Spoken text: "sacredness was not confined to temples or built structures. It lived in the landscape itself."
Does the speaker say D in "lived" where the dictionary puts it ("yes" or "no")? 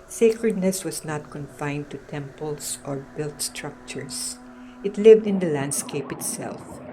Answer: yes